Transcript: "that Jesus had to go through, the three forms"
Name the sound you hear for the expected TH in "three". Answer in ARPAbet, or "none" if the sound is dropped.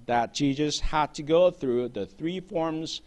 TH